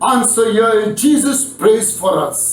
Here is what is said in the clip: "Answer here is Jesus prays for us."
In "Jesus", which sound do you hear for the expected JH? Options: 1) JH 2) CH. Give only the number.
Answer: 1